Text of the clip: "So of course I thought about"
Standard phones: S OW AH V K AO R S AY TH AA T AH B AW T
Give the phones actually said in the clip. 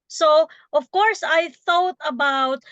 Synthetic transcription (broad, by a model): S OW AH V K AO R S AY TH AA T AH B AW T